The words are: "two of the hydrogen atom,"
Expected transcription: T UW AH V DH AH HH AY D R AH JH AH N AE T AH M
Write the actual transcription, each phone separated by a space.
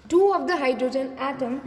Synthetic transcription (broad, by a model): T UW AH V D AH HH AY D R AH JH AH N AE T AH M